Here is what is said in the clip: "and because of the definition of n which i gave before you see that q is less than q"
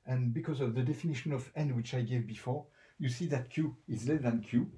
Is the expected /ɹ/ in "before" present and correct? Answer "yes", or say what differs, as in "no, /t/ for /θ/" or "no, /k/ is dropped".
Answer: yes